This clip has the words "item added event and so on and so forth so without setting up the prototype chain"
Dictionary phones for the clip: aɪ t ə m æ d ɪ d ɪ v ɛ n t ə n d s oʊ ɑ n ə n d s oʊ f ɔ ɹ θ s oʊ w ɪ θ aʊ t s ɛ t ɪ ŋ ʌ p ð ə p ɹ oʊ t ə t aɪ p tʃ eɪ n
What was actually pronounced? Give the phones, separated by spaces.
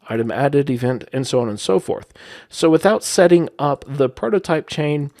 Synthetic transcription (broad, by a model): aɪ t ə m æ d ɪ d ɪ v ɛ n t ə n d s oʊ ɑ n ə n s oʊ f ɔ ɹ θ s oʊ w ɪ θ aʊ t s ɛ t ɪ ŋ ʌ p ð ə p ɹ oʊ t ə t aɪ p tʃ eɪ n